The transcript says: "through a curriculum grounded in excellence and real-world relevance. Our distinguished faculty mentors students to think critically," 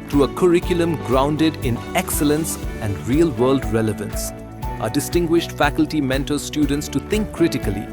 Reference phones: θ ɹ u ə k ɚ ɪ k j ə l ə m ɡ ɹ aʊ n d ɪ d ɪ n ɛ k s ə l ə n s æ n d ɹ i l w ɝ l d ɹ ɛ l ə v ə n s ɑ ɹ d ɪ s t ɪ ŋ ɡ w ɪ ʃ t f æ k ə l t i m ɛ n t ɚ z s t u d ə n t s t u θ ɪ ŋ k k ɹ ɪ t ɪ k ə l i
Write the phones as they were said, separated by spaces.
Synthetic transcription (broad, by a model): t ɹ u ə k ɚ ɪ k j ə l ə m ɡ ɹ aʊ n d ɪ d ɪ n ɛ k s ə l ə n s æ n d ɹ i l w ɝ l d ɹ ɛ l ə v ə n s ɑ d ɪ s t ɪ ŋ ɡ w ɪ ʃ t f æ k ə l t i m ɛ n t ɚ s t u d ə n t s t u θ ɪ ŋ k k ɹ ɪ t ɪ k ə l i